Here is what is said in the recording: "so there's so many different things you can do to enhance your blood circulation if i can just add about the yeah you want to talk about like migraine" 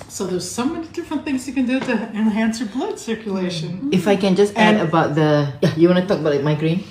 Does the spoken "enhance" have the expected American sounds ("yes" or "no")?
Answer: yes